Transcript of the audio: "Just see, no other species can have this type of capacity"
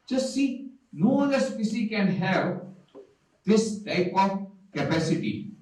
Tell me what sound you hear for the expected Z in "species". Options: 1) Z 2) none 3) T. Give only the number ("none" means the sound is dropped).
2